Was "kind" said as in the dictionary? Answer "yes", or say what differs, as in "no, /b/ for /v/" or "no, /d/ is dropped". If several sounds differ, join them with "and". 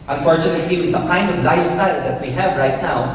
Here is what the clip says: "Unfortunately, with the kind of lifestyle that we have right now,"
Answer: yes